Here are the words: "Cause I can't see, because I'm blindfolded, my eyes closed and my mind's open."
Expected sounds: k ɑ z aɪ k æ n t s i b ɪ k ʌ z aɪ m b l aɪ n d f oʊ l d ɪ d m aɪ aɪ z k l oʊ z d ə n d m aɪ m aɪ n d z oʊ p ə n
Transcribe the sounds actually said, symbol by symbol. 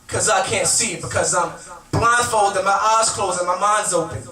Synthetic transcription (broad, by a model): k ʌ z aɪ k æ n t s i b ɪ k ʌ z aɪ m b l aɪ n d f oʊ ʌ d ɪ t m aɪ aɪ z k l oʊ z ə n m aɪ m aɪ n d z oʊ p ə n